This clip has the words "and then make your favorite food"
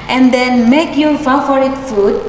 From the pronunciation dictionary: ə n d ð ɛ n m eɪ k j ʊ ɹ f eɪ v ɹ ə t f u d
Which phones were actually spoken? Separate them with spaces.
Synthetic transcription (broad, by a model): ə n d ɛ n m eɪ k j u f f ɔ ɹ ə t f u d